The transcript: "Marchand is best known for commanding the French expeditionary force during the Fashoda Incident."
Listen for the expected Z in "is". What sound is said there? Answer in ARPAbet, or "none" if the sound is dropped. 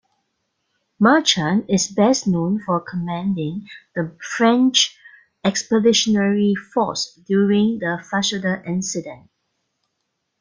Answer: S